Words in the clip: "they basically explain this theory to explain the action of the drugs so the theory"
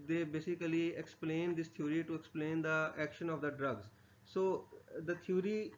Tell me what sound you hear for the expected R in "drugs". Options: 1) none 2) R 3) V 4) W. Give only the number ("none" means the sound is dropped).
2